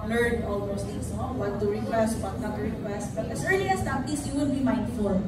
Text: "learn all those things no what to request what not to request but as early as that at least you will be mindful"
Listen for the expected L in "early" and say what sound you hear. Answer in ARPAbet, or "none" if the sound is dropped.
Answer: L